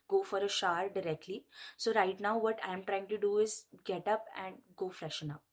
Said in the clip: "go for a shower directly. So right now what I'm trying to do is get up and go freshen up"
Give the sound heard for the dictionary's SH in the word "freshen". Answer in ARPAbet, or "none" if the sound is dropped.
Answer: SH